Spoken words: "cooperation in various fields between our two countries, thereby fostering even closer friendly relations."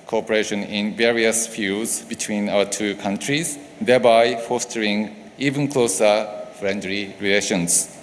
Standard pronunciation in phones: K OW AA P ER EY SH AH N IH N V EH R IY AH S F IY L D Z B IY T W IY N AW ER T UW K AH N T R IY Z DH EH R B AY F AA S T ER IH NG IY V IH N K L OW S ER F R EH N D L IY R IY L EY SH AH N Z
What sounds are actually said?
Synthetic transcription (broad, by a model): K OW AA P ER EY SH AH N IH N V EH R IY AH S F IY L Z B IY T W IY N AW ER T UW K AH N T R IY Z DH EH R B AY F AA S T ER IH NG IY V IH N K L OW S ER F R EH N D L IY R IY L EY SH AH N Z